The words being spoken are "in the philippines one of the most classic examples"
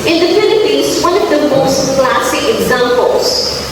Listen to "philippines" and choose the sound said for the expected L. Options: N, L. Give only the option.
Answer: N